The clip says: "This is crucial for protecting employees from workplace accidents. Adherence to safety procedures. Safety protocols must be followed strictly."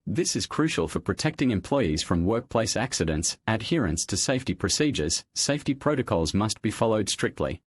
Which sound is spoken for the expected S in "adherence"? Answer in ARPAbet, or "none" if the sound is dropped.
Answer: S